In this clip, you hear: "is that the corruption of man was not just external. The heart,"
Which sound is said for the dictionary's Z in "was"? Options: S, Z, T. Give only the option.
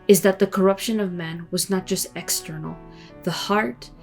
Z